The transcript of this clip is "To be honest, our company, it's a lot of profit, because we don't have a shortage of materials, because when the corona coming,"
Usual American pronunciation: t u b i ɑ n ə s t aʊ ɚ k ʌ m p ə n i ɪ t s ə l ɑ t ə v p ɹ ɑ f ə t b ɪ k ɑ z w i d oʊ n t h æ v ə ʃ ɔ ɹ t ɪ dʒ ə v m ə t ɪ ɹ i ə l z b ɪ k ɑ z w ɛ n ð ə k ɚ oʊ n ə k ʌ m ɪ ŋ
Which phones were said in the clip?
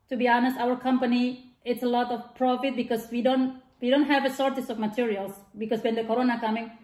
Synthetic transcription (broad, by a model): t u b i ɑ n ə s t aʊ ɚ k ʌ m p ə n i ɪ t s ə l ɑ t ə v p ɹ ɑ f ə t b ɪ k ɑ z w i d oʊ n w h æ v ə s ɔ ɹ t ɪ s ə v m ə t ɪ ɹ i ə l s b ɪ k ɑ s w ɛ n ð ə k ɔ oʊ n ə k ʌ m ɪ ŋ